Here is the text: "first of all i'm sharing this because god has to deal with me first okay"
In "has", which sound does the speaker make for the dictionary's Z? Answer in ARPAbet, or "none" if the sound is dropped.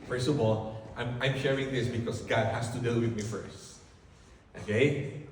S